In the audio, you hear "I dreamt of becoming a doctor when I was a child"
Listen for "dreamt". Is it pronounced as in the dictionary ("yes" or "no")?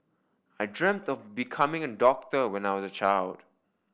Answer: yes